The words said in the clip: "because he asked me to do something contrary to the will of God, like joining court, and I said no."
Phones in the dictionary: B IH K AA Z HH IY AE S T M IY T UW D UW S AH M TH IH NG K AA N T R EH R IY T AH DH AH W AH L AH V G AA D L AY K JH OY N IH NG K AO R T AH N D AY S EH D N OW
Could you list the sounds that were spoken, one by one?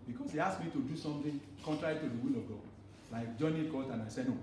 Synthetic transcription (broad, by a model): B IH K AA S HH IY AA S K M IY T UW D UW S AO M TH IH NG K AA N T R EH R IY T AH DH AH W AH L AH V G AA D L AY K JH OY N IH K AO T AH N AY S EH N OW